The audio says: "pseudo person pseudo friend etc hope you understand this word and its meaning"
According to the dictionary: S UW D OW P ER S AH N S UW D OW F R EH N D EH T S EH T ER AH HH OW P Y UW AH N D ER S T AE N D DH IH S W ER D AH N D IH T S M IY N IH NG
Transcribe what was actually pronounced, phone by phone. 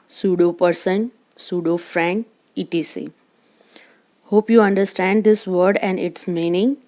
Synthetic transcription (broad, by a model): S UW D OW P ER S AH N S UW D OW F R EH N IY T IY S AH HH OW P Y UW AH N D ER S T AE N D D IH S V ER D AH N D IH T S M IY N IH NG